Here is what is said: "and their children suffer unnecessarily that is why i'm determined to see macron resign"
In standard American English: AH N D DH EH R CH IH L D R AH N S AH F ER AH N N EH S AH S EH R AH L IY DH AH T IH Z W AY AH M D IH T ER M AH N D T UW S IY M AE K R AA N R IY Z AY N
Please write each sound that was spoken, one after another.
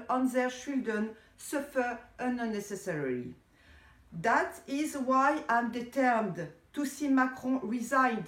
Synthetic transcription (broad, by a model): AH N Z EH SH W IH L D AH N S AH F ER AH N N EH S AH S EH R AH L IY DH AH T IH Z W AY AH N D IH T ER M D T UW S IY M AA K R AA R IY Z AY N